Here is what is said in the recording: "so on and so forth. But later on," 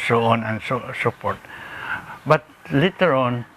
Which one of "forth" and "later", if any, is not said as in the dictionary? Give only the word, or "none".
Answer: forth